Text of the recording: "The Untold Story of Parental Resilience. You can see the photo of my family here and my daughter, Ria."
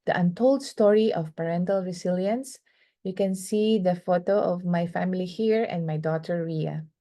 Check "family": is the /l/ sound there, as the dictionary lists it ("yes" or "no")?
yes